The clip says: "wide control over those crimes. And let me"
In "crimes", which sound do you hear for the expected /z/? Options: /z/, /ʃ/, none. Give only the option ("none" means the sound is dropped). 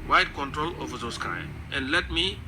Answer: none